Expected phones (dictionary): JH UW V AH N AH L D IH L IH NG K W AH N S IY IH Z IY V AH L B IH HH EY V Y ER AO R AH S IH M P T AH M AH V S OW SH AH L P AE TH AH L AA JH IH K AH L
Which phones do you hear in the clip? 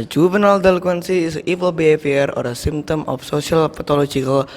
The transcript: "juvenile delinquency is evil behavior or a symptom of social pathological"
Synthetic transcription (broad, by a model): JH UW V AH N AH L D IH L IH K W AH N S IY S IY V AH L B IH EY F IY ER AO R AH S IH M T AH M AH F S OW S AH L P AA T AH L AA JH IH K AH L